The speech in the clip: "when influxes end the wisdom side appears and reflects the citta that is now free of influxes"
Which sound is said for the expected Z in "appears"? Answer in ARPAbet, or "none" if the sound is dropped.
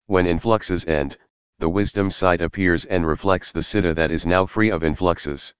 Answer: Z